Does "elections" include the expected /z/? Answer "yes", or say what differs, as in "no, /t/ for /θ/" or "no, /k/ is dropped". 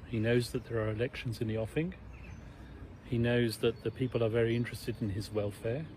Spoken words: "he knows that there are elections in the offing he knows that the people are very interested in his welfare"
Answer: yes